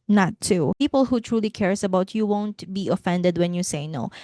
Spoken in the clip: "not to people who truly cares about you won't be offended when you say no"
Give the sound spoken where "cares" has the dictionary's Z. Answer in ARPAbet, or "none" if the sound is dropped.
S